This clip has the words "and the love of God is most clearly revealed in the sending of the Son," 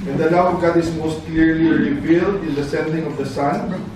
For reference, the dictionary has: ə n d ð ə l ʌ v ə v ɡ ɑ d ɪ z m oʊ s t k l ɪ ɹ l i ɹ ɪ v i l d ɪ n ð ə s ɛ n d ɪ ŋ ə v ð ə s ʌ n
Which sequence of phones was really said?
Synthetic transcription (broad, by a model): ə n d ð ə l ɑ w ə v ɡ ɑ d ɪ s m oʊ s t k l ɪ ɹ l i ɹ ɪ v i l d ɪ n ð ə s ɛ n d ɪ ŋ ə v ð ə s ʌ n